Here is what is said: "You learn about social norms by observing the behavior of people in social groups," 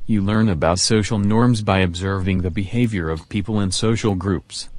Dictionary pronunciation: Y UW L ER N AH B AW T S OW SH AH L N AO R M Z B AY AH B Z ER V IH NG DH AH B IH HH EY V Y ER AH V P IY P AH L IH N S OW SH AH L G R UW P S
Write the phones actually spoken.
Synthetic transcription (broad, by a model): Y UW L ER N AH B AW T S OW SH L N AO R M Z B AY AH B Z ER V IH NG DH AH B IH HH EY V Y ER AH V P IY P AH L IH N S OW SH L G R UW P S